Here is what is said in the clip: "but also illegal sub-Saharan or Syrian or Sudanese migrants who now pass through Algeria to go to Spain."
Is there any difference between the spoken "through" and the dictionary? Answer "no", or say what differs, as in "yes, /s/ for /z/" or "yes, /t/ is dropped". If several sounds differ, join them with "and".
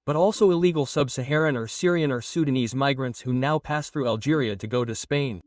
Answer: no